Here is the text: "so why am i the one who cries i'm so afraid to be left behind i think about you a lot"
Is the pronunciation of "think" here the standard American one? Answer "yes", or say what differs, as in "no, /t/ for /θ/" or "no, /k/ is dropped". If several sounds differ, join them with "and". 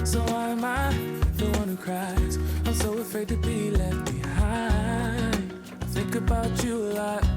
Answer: yes